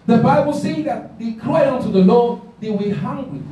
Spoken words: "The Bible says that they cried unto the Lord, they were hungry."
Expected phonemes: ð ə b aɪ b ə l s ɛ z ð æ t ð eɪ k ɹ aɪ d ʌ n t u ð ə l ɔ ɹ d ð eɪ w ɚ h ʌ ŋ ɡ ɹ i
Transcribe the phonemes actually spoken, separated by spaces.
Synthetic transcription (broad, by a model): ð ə b aɪ b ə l s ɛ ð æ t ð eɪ k l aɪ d ʌ n t u ð ə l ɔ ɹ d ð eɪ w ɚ h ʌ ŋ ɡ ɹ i